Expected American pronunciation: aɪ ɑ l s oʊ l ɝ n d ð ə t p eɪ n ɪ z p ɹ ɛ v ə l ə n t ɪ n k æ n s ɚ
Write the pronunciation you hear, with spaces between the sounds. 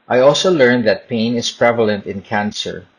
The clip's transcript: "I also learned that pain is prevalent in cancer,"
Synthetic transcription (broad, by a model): aɪ ɑ l s oʊ l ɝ n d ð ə t p eɪ n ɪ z p ɹ ɛ v ə l ə n t ɪ n k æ n s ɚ